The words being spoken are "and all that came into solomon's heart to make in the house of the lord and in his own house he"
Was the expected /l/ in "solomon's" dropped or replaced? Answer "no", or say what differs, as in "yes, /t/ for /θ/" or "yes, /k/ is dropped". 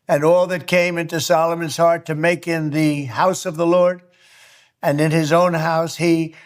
no